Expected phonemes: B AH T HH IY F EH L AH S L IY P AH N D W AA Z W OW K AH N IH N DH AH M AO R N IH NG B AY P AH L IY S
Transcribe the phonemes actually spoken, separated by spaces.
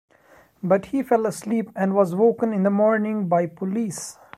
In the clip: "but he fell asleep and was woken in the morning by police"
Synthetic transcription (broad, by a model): B AH T HH IY F EH L AH S L IY P AH N D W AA Z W OW K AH N IH N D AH M AO R N IH NG B AY P AH L IY S